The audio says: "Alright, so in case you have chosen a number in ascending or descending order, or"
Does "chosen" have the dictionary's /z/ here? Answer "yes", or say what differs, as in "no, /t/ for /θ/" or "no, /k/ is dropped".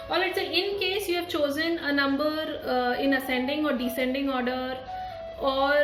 yes